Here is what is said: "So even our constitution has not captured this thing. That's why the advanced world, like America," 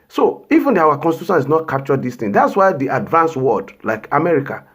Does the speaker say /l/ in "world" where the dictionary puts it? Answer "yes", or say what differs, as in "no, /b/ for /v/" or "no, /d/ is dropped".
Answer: no, /l/ is dropped